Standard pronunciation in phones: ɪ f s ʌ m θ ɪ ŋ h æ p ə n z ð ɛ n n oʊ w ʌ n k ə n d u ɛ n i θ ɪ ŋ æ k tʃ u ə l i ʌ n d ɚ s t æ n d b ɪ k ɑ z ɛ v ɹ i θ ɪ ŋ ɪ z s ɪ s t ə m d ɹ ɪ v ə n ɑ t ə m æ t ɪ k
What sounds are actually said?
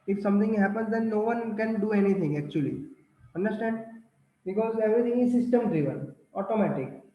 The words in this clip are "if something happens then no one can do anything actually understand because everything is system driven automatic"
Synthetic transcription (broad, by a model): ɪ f s ʌ m t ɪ ŋ h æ p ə n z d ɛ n n oʊ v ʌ n k ə n d u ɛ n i t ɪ ŋ æ k tʃ u ə l i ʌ n d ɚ s t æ n d b ɪ k ɑ z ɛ v ɹ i t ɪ ŋ ɪ z s ɪ s t ə m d ɹ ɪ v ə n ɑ t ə m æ t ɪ k